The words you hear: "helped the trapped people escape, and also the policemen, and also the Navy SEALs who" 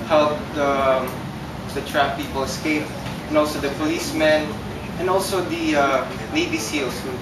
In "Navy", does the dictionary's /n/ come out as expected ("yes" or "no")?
no